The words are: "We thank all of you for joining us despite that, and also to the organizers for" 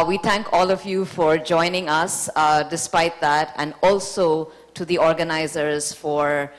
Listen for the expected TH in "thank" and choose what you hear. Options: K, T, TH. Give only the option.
T